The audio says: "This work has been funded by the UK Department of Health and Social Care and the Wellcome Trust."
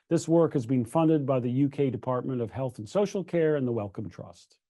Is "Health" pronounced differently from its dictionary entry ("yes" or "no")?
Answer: no